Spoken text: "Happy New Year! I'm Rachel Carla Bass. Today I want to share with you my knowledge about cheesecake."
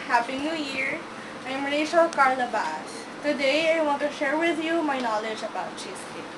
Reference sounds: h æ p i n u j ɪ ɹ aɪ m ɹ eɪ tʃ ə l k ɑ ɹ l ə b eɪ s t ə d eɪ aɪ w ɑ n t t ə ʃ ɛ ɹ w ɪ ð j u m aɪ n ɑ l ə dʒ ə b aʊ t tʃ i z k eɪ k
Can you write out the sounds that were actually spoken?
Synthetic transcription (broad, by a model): h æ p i n u j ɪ ɹ aɪ m ɹ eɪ ʃ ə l k ɑ ɹ l ə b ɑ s t ə d eɪ aɪ w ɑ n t t ə ʃ ɛ ɹ w ɪ ð j u m aɪ n ɑ l ə dʒ ə b aʊ t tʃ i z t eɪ